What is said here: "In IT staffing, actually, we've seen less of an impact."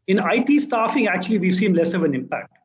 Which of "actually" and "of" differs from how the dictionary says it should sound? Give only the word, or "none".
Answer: none